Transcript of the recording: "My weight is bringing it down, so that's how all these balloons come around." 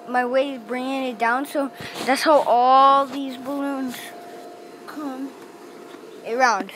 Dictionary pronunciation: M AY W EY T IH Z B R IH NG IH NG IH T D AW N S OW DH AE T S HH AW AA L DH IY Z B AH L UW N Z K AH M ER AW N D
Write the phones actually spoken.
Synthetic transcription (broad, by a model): M AY W EY IH Z B R IH NG IH NG IH T D AW N S OW DH AE T S HH AW AA L DH IY Z B AH L UW N Z K AH M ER AW N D